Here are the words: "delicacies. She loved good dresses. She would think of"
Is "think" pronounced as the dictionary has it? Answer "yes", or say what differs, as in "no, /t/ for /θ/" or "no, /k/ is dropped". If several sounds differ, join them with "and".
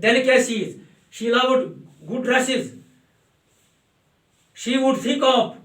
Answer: no, /f/ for /θ/